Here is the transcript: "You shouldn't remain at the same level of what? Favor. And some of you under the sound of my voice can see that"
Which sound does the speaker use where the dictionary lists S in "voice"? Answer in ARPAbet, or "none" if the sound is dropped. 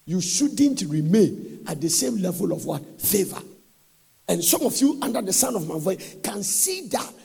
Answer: none